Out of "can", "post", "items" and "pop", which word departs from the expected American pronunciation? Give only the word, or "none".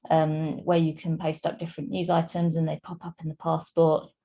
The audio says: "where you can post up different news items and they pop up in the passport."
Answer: none